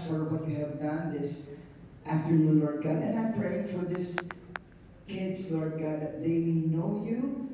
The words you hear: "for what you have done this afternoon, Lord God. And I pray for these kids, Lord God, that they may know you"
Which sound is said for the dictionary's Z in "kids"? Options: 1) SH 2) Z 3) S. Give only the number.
3